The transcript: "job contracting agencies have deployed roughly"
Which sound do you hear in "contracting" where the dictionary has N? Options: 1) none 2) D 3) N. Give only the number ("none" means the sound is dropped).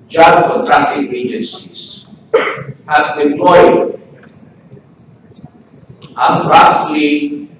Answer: 1